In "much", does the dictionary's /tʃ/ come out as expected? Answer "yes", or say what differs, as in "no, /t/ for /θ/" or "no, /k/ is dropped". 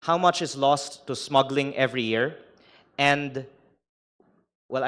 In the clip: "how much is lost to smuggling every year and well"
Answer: yes